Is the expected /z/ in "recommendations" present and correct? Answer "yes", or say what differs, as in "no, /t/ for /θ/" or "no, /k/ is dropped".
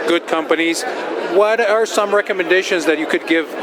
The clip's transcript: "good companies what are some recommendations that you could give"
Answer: yes